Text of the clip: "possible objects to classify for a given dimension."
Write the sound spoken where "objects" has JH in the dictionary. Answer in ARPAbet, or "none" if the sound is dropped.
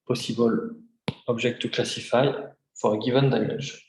ZH